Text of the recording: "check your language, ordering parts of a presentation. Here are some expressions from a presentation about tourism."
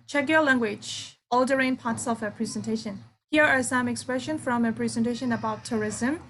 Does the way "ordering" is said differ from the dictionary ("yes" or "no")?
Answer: yes